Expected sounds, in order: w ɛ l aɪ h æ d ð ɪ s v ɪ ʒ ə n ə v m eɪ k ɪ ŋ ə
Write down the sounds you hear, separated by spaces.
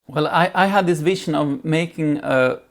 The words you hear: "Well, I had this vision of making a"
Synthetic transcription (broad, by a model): w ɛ l aɪ h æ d ð ɪ s v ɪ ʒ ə n ə v m eɪ k ɪ ŋ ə